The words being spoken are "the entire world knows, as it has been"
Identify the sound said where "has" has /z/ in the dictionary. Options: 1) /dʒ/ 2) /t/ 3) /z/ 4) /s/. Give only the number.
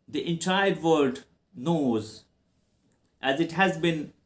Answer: 3